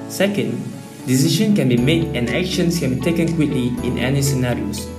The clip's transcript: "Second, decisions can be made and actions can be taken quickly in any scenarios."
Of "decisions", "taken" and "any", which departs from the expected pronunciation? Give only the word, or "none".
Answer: decisions